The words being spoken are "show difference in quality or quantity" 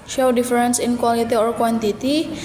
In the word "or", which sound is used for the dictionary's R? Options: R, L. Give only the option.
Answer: R